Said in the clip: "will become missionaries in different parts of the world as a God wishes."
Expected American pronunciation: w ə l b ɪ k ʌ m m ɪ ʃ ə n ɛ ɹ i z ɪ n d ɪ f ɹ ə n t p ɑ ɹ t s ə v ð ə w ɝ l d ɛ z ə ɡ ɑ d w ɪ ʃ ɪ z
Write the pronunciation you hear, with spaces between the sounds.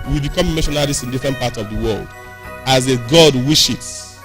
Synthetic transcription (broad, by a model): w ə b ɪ k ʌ m m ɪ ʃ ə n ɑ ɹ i s ɪ n d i f ɹ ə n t p ɑ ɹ t s ə v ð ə w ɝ l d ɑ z ə ɡ ɑ d w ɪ ʃ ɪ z